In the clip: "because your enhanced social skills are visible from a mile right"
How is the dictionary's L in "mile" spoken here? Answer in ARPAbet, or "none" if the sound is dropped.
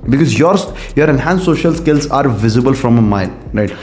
N